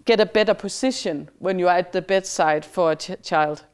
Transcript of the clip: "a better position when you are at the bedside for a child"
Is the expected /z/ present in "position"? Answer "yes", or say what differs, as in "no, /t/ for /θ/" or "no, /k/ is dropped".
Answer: no, /s/ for /z/